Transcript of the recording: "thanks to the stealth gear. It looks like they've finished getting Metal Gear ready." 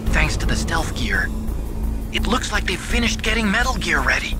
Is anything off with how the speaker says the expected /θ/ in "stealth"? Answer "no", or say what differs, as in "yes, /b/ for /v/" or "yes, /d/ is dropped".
yes, /f/ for /θ/